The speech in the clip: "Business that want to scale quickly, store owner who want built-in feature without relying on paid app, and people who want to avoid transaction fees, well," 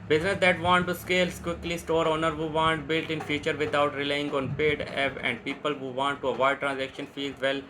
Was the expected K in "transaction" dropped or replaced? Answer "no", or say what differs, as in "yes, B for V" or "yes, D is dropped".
no